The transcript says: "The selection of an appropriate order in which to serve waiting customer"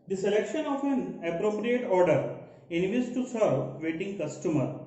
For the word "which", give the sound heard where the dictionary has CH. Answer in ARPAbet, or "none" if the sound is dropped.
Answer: S